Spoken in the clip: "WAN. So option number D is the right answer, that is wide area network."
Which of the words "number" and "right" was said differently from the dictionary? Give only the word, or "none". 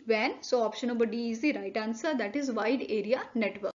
number